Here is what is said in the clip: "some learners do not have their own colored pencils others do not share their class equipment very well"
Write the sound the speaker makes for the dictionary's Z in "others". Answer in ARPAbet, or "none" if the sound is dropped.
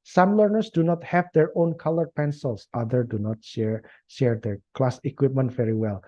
none